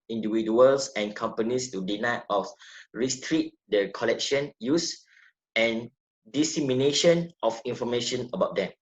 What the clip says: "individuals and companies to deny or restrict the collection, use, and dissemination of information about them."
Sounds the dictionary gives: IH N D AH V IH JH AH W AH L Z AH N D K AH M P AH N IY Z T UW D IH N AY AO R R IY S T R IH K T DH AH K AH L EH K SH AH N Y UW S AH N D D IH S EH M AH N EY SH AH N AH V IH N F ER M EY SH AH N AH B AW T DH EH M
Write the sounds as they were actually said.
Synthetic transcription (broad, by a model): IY N D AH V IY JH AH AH L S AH N K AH M P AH N IY S T UW D IH N AY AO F R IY S T R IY T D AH K AH L EH K SH AH N Y UW S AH N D D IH S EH M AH N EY SH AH N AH F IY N F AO M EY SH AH N AH B AW T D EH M